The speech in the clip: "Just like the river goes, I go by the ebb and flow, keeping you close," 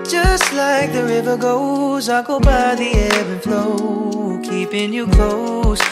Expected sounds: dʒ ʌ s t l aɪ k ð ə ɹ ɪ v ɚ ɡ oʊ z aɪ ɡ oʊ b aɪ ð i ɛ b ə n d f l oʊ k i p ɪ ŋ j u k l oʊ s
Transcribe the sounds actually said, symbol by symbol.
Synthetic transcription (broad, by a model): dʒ ʌ s t l aɪ k ð ə ɹ ɪ v ɚ ɡ oʊ z aɪ ɡ oʊ b aɪ ð i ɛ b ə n f l oʊ k i p ɪ ŋ j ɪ k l oʊ s